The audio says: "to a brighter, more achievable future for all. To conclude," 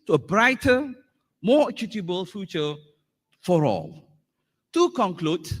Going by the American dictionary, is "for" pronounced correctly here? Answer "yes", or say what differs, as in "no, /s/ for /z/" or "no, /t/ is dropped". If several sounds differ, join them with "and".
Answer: yes